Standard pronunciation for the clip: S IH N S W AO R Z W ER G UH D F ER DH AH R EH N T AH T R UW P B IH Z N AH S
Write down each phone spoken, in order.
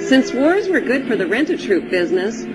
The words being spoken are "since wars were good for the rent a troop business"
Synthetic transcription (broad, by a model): S IH N S W AO R Z W ER G UH D F ER DH AH R EH N T AH T R UW P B IH Z N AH S